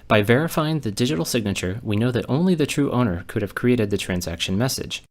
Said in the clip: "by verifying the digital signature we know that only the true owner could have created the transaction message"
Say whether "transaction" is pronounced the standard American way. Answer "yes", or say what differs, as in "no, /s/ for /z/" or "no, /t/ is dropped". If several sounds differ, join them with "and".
yes